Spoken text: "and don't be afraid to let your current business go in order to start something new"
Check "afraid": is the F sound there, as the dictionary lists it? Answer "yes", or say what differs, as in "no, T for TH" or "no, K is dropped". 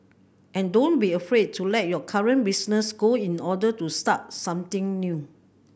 yes